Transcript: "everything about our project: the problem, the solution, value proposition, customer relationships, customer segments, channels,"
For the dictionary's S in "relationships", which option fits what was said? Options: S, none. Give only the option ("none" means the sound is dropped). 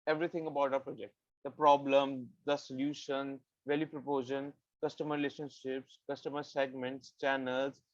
S